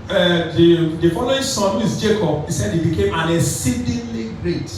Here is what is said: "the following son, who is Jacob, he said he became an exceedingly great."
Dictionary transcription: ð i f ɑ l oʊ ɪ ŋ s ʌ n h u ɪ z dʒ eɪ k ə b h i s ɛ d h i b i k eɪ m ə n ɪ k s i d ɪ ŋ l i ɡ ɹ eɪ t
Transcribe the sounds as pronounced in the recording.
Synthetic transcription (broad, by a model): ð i f ɑ l oʊ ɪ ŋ s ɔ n h u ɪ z dʒ eɪ k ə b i s ɛ d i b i k eɪ m ə n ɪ s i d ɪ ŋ l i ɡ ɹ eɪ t